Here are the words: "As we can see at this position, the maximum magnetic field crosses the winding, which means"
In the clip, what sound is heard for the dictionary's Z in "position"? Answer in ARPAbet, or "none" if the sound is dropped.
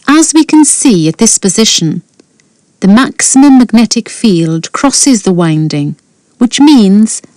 Z